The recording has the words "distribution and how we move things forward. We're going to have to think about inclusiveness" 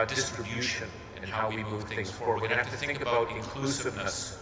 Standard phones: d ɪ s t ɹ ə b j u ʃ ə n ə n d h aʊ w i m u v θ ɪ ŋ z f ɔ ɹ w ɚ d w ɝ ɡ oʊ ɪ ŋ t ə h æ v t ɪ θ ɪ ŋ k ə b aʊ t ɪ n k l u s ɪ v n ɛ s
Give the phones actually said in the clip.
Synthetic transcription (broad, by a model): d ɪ s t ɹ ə b j u ʃ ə n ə n h aʊ w i m u v θ ɪ ŋ z f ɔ ɹ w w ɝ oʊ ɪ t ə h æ f t ɪ θ ɪ ŋ k ə b aʊ t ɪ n k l u s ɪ v n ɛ s